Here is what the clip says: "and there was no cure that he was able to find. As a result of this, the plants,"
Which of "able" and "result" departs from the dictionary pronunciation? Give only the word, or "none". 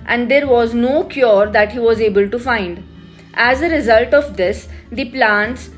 none